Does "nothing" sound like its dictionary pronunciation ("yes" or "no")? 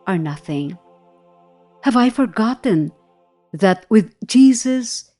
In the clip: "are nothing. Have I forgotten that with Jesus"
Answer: yes